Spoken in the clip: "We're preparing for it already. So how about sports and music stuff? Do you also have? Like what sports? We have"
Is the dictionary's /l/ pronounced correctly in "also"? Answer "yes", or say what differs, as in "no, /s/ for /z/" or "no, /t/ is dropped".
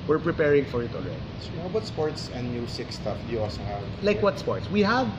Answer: no, /l/ is dropped